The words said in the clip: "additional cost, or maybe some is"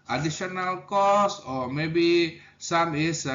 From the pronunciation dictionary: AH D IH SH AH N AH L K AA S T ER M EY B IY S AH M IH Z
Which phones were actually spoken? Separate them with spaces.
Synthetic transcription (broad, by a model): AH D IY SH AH N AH L K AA S AO M EY B IY S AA M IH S